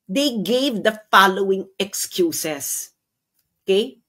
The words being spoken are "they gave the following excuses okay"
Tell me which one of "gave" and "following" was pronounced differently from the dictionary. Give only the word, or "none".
none